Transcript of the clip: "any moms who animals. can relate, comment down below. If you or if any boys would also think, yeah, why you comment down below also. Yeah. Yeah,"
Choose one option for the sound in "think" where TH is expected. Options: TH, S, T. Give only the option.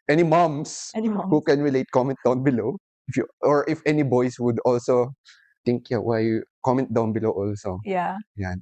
T